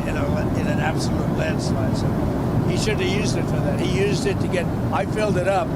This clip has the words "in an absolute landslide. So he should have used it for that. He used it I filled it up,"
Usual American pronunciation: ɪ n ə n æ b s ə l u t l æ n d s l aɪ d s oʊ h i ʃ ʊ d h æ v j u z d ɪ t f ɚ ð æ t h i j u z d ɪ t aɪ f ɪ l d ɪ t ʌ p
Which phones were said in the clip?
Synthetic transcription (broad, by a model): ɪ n ə n æ b s ə l u t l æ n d s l aɪ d s oʊ h i ʃ ʊ d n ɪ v j u z d ɪ t f ɚ ð æ t h i j u z d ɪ t aɪ f ɪ l d ɪ t ʌ p